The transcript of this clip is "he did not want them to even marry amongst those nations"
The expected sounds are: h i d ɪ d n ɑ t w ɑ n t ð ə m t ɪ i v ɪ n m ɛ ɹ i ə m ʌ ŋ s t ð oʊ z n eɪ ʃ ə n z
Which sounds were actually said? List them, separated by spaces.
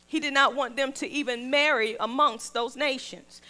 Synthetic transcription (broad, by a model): h i d ɪ d n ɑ t w ɑ n ð ə m t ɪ i v ɪ n m ɛ ɹ i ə m ʌ ŋ s t ð oʊ z n eɪ ʃ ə n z